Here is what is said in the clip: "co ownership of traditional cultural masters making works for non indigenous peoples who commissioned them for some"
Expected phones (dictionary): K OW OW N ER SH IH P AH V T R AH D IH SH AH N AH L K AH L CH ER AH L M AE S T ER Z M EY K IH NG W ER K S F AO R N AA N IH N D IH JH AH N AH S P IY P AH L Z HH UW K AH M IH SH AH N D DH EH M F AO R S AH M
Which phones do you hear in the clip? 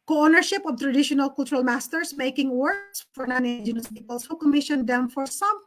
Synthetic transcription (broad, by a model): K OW OW N ER SH IH P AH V T R AH D IH SH AH N AH L K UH L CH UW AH L M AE S T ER S M EY K IH NG W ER S F AO R N AA N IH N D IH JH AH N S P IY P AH L S HH UW K AH M IH SH AH N D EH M F AO R S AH M